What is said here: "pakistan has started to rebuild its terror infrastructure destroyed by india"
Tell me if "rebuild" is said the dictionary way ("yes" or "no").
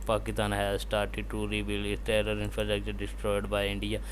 no